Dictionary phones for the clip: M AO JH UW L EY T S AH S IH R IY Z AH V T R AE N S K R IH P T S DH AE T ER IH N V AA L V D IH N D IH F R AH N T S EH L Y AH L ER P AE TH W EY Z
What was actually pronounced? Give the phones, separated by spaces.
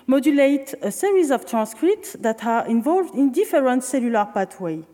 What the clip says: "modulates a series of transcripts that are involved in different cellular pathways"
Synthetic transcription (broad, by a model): M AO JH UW L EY T AH S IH R IY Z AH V T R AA N S K R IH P T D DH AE T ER IH N V AA L V D IH N D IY F R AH N T S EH L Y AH L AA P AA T W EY